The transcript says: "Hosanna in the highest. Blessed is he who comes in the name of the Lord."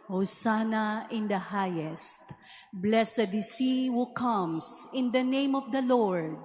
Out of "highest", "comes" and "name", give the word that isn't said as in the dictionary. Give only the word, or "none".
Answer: comes